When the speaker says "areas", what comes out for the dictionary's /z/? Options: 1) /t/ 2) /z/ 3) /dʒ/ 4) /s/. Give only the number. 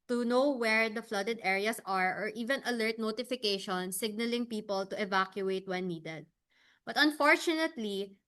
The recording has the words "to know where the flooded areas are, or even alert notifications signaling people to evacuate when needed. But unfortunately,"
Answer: 4